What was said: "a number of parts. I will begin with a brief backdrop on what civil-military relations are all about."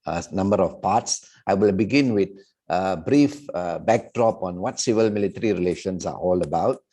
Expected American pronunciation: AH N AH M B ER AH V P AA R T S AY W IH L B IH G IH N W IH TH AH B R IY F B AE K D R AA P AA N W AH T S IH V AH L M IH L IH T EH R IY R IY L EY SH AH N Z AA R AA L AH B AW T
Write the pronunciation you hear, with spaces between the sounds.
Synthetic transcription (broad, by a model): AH N AH M B ER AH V P AA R T S AY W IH L B IH G IH N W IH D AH B R IY F B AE K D R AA P AA N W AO T S IH V AH L M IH L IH T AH R IY R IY L EY SH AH N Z AA R AA L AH B AW T